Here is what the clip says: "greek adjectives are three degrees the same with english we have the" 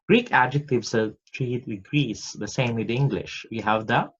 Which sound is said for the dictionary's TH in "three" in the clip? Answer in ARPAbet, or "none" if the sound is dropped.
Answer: T